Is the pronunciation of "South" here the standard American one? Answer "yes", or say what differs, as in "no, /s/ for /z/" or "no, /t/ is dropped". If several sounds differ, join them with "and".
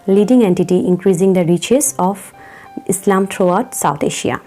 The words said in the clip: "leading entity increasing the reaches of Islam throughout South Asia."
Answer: no, /t/ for /θ/